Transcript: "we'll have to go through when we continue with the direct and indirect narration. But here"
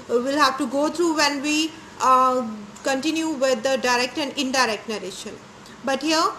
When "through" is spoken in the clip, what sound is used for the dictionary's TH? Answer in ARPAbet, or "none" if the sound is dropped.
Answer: T